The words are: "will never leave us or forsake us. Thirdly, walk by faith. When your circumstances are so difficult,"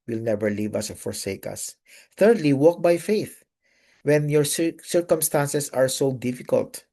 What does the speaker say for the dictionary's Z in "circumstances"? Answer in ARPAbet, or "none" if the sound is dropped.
S